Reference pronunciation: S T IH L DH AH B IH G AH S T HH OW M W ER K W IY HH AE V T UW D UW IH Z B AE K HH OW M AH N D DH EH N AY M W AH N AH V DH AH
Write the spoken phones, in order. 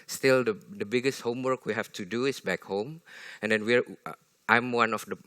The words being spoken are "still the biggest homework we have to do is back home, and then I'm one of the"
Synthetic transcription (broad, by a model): S T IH L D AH B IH G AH S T HH OW M W ER K W IY HH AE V T UW D UW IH S B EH K HH OW M AH N D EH N AY M W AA N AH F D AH